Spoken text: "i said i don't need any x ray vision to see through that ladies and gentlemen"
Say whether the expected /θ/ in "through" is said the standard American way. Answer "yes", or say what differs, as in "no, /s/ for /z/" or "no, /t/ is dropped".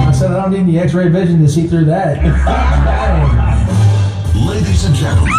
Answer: yes